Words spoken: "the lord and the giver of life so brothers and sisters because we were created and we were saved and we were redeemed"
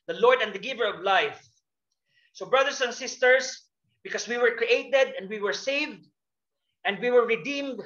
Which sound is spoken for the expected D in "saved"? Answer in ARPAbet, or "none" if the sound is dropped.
D